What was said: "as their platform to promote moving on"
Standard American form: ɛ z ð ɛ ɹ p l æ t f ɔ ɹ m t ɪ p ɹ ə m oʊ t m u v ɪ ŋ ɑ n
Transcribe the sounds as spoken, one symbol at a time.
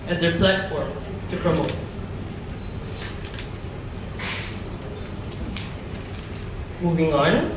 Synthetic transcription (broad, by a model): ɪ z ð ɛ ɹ p l æ t f ɔ ɹ m t ɪ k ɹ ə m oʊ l m u v ɪ ŋ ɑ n